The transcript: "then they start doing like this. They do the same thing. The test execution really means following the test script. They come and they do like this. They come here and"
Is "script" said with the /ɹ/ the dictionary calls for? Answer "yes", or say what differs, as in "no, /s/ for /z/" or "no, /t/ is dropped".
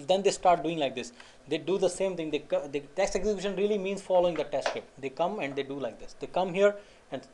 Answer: no, /ɹ/ is dropped